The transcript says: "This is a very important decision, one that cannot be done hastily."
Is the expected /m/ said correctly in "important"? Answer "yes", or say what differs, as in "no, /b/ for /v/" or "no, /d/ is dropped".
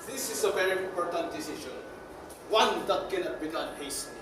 yes